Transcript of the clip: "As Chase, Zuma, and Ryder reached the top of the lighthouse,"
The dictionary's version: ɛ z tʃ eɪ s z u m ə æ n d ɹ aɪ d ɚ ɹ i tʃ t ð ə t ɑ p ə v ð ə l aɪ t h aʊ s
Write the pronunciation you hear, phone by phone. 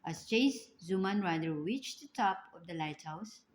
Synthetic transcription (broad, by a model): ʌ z tʃ eɪ s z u m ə n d ɹ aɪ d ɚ w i tʃ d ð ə t ɑ p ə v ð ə l aɪ t h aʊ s